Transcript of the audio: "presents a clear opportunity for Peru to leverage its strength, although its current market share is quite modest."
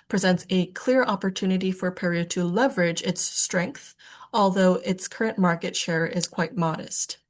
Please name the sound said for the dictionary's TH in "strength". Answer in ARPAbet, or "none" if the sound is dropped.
TH